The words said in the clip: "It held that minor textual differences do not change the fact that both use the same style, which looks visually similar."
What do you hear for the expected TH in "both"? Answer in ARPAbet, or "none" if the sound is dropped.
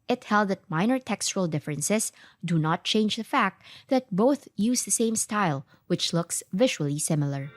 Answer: TH